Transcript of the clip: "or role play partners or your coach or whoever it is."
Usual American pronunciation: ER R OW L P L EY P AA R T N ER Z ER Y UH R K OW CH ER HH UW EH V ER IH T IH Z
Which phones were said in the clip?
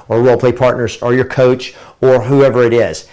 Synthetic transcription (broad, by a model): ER W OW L P L EY P AA R T N ER Z ER Y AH R K OW CH ER HH UW EH V ER IH T IH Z